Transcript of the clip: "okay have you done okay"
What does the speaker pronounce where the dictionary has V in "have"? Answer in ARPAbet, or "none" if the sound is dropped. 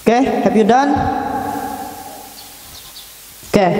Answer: P